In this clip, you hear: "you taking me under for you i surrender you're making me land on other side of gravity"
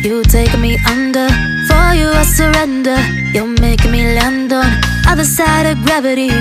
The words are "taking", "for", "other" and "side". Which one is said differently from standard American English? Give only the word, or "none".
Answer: taking